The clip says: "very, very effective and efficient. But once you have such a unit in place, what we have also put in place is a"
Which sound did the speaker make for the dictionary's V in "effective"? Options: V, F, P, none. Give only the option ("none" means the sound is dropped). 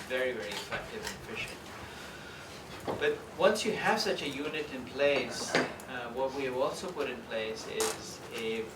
V